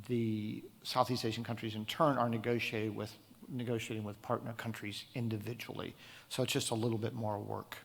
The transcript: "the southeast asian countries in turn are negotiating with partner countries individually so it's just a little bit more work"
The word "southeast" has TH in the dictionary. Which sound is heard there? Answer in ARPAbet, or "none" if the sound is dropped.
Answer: TH